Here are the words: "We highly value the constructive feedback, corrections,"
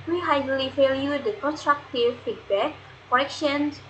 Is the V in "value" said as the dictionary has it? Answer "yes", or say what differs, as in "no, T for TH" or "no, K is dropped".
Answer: no, F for V